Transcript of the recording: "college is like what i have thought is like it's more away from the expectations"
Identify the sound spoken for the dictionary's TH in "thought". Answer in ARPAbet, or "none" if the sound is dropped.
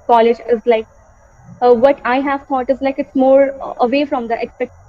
T